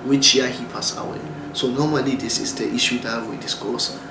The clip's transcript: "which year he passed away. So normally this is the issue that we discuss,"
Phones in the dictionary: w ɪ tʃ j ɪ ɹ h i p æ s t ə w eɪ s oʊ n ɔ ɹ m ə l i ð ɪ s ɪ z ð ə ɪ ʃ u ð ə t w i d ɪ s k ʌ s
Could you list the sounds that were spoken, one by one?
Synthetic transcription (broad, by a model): w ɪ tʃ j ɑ h i p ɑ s ə w eɪ s oʊ n ɔ m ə l i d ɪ s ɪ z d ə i ʃ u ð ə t w i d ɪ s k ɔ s